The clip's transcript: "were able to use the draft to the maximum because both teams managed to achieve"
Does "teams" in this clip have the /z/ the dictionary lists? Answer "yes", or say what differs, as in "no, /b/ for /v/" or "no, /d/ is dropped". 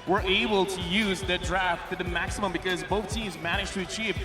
yes